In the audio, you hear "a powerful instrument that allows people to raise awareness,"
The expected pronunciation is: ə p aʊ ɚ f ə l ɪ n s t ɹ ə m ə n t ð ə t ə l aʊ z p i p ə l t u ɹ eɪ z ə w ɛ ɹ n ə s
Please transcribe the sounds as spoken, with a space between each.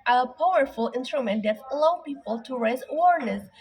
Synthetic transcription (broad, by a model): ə p aʊ ɚ f ə l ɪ n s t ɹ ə m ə n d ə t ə l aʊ p i p ə l t u ɹ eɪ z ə w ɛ ɹ n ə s